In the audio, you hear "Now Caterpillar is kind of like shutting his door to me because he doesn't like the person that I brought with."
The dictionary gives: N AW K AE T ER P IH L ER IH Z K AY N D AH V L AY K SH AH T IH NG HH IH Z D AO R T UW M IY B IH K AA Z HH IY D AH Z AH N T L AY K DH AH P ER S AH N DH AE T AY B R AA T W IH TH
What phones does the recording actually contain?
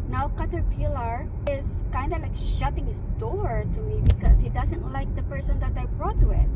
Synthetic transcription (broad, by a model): N AW K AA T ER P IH L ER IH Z K AY N D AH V L AY K SH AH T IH NG HH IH S D AO R T UW M IY B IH K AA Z HH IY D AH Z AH N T L AY K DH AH P ER S AH N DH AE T AY B R AA T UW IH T